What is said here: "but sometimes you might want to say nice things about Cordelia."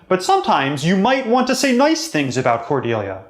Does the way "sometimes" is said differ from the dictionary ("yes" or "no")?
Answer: no